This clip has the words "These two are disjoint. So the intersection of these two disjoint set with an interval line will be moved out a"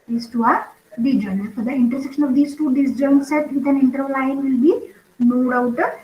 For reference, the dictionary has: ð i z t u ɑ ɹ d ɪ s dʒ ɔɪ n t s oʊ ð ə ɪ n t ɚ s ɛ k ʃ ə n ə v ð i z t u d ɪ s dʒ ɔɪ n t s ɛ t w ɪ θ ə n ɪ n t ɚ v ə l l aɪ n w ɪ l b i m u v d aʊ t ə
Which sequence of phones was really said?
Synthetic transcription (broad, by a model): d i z t u ɑ ɹ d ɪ dʒ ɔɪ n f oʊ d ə ɪ n t ɚ s ɛ k ʃ ə n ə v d i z t u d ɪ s dʒ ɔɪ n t s ɛ t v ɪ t ə n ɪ n t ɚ ə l l aɪ n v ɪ l b i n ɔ d aʊ t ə